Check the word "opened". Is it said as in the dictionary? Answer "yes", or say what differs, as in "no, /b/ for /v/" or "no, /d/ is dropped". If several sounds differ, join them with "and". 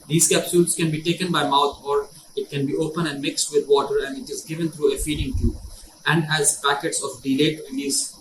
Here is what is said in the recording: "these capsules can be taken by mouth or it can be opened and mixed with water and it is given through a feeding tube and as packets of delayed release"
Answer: no, /d/ is dropped